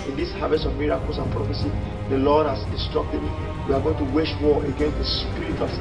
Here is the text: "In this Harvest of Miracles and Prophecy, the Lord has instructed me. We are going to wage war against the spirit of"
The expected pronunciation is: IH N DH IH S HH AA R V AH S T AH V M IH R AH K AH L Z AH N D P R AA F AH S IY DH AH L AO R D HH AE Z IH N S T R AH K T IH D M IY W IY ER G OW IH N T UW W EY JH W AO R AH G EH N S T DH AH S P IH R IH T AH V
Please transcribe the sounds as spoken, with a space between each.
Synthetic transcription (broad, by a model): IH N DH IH S HH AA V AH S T AH V M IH R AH K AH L S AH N P R AA F AH S IY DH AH L AO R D HH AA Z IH N S T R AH K T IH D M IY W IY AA G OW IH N T UW W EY SH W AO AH G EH N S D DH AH S P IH R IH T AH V